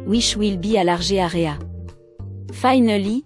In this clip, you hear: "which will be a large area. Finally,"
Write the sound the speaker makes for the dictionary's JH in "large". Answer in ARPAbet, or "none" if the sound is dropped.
ZH